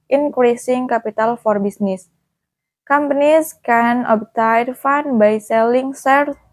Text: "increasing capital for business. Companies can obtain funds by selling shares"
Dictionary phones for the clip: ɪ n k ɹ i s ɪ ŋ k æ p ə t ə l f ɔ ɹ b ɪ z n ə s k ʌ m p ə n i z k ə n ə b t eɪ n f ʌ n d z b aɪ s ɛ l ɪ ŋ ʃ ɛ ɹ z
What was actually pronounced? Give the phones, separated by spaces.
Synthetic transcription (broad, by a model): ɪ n k ɹ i s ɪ ŋ k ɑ p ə t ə l f ɔ ɹ b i s n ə s k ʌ m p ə n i s k ə n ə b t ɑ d f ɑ n b aɪ s ɛ l ɪ ŋ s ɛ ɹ